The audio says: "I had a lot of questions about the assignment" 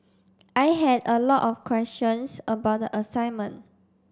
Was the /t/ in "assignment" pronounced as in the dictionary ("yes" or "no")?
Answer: no